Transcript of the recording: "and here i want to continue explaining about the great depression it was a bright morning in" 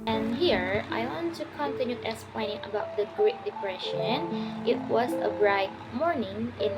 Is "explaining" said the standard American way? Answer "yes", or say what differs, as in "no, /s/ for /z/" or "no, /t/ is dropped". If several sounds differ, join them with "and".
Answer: no, /k/ is dropped